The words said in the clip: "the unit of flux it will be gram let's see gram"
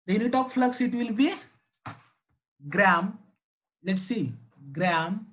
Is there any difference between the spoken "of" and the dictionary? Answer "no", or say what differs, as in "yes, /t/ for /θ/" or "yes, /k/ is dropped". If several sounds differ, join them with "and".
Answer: yes, /p/ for /v/